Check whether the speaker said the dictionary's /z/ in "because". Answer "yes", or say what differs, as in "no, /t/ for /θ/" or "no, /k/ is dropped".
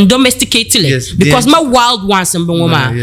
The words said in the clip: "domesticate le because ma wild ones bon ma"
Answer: no, /s/ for /z/